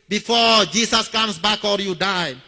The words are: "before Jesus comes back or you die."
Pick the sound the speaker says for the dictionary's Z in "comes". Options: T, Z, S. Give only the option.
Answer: S